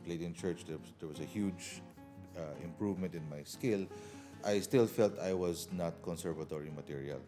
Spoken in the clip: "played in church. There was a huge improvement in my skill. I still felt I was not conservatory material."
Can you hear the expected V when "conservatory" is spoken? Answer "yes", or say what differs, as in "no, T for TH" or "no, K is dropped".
yes